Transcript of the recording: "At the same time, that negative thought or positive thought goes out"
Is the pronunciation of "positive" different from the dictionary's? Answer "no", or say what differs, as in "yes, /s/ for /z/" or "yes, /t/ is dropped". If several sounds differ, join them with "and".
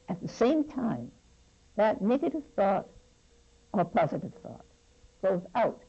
no